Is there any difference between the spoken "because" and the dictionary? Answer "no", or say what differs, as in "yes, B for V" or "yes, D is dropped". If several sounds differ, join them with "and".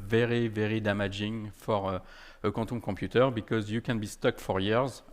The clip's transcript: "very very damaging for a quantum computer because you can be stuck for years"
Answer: no